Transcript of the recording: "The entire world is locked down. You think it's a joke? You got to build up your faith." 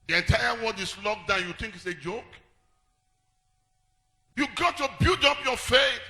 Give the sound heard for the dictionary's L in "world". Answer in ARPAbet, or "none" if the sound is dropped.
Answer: N